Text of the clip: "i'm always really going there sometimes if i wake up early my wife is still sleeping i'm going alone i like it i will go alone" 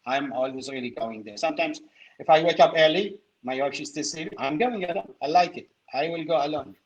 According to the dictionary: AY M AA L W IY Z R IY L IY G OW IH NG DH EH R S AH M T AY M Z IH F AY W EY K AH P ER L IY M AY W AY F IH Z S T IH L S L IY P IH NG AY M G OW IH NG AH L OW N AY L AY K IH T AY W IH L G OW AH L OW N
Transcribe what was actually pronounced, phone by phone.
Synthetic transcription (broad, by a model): AY M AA L W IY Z R IY L IY G OW IH NG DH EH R S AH M T AY M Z IH F AY W EY K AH P ER L IY M AY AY P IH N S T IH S IY IH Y M G OW IH NG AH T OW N AY L AY K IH T AY W IH L G OW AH L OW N